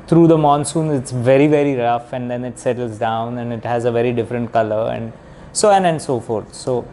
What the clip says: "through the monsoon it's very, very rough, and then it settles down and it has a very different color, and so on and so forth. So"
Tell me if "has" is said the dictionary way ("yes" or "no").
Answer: yes